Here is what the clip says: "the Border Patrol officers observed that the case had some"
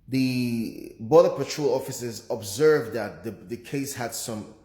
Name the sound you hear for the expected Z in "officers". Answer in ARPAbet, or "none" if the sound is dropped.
Z